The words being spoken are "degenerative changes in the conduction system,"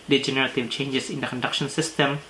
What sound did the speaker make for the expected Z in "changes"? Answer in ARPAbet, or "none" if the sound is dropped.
S